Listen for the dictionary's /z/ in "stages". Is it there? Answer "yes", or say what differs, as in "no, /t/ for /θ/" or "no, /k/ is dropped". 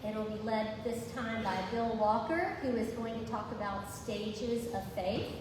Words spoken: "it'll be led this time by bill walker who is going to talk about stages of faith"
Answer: yes